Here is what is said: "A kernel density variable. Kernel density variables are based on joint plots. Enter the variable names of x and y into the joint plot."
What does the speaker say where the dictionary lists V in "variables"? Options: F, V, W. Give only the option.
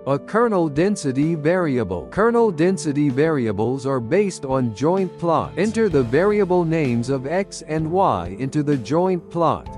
V